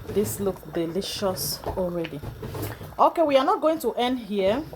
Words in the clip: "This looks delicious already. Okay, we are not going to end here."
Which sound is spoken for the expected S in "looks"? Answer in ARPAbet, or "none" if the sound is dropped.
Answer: none